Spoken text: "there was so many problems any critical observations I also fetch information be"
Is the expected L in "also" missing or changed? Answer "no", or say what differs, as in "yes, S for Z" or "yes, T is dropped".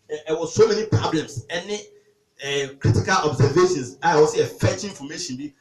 yes, L is dropped